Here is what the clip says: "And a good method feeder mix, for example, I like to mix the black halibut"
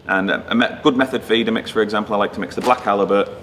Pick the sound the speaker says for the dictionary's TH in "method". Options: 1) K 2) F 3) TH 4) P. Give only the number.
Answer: 3